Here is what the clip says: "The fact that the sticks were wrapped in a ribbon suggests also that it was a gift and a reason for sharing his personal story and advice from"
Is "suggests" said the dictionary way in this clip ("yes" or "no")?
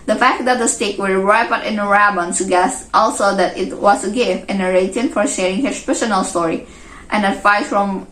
no